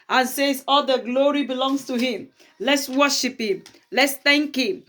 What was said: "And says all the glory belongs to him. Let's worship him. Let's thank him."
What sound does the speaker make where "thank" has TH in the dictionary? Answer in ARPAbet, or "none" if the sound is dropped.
T